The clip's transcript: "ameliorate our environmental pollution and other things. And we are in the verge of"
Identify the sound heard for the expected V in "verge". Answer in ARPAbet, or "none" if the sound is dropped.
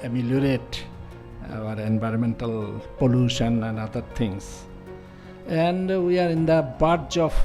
B